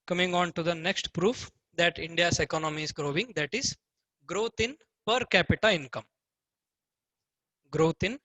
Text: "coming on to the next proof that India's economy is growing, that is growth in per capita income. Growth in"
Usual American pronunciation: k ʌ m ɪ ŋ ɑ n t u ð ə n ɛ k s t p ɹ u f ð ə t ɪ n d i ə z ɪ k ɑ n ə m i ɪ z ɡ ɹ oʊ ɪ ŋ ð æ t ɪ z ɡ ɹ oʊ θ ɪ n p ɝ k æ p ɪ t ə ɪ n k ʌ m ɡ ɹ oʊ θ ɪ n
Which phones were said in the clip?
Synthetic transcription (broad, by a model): k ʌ m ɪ ŋ ɑ n t u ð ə n ɛ k s t p ɹ u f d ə t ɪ n d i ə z ɪ k ɑ n ə m i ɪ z ɡ ɹ oʊ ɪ ŋ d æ t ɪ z ɡ ɹ oʊ t ɪ n p ɝ k æ p ɪ t ə ɪ n k ʌ m ɡ ɹ oʊ t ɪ n